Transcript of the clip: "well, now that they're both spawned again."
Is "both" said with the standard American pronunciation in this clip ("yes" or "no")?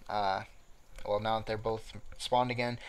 yes